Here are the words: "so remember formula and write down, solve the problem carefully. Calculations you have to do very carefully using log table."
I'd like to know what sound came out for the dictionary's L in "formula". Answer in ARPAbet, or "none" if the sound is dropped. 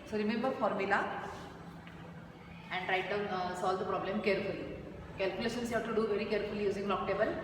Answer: L